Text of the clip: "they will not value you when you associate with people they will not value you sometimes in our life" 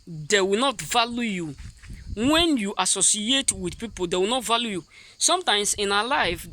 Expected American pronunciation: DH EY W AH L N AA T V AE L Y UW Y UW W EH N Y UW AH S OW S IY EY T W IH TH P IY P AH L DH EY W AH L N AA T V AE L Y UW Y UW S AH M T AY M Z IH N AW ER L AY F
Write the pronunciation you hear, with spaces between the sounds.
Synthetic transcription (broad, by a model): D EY W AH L N AA T V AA L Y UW Y UW W EH N Y UW AH S OW S IY EY T W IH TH P IY P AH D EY W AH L N AA T V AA L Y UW Y UW S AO M T AY M S IH N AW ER L AY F